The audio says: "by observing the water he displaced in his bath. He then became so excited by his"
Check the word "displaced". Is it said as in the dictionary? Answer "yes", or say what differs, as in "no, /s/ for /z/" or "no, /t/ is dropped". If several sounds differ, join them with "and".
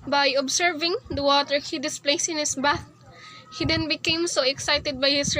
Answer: no, /t/ is dropped